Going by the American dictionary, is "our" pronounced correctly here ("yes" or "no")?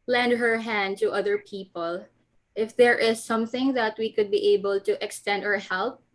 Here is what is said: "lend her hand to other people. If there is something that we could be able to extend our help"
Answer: yes